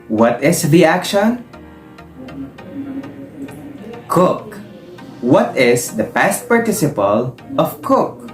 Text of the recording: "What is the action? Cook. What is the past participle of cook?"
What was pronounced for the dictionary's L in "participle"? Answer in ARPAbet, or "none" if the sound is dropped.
L